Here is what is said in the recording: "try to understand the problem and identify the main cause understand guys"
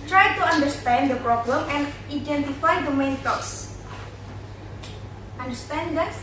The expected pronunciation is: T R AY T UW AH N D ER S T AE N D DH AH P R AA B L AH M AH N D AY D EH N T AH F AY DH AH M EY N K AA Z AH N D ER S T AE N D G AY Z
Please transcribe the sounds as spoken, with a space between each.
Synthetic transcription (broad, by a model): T R AY T UW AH N D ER S T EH N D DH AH P R AA B L AH M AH N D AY D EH N T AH F AY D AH M EY N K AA S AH N D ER S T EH N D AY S